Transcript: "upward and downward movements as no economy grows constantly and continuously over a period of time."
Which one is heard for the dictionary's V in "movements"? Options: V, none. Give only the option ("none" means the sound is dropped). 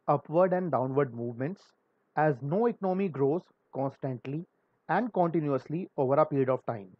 V